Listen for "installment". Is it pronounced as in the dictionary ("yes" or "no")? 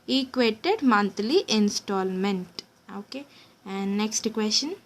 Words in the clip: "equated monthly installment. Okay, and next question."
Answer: yes